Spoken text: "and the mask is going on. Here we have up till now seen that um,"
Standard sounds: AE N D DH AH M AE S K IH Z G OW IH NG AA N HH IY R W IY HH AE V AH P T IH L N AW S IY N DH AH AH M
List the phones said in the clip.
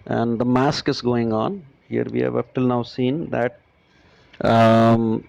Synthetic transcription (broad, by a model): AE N D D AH M AE S K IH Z G OW IH NG AA N HH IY R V IY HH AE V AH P T IH L N AW S IY N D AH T